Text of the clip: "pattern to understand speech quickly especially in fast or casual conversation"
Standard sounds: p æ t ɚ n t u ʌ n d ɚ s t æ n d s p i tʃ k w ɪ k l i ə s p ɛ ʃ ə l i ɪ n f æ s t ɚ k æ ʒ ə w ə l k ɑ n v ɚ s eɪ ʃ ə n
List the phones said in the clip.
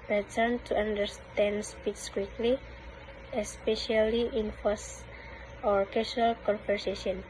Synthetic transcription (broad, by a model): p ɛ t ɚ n t u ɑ n d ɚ s t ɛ n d s p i s k w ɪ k l i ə s p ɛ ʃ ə l i ɪ n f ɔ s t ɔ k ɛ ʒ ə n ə l k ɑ n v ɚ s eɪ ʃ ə n